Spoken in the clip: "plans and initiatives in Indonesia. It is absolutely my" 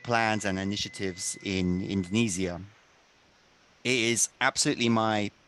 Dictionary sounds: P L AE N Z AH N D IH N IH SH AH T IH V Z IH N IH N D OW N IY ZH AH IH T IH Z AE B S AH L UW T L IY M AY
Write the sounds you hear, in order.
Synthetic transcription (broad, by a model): P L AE N Z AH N IH N IH SH AH T IH V Z IH N IH N D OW N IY Z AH IH T IH Z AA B S AH L UW T L IY M AY